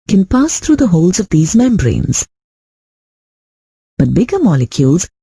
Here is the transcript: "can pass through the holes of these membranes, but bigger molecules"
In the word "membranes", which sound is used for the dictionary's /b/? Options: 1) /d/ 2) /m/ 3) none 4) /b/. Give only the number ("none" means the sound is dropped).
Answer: 4